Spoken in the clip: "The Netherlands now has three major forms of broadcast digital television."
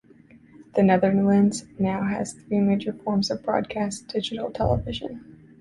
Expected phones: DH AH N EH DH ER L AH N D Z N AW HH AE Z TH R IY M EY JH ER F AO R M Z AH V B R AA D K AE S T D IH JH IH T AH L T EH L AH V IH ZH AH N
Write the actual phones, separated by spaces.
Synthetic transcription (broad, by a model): DH AH N EH DH ER L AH N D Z N AW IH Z TH R IY M EY JH ER F AO R M Z AH V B R AA D K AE S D IH JH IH T L T EH L AH V IH ZH AH N